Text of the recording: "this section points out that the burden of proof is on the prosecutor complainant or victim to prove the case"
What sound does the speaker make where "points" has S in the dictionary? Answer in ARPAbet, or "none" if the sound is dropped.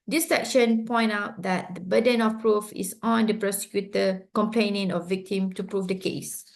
none